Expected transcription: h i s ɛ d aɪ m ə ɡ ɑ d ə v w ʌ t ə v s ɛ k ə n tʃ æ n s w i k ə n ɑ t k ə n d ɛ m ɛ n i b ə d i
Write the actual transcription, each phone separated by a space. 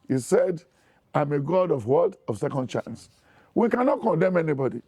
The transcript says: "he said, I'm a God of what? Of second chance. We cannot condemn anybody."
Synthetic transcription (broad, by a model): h i s ɛ d aɪ m ə ɡ ɑ d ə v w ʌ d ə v s ɛ k ə n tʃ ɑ n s w i k ə n ɑ t k ə n d ɛ m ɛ n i b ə d i